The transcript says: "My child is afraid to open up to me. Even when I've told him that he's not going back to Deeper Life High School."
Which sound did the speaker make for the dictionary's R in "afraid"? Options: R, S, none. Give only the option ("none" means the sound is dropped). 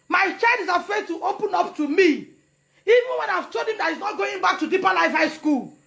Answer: none